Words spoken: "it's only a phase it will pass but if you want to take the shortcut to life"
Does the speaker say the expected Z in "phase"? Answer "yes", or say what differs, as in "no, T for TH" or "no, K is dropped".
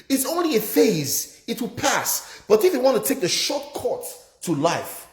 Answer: yes